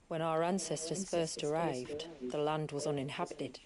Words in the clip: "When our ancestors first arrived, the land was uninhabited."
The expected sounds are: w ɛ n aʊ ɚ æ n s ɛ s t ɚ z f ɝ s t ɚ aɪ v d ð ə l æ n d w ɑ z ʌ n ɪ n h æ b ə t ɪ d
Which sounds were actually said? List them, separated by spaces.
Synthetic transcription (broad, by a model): w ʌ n aʊ ɚ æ n s ɛ s t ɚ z f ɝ s t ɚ aɪ v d ð ə l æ n d w ɑ z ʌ n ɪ n h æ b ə t ɪ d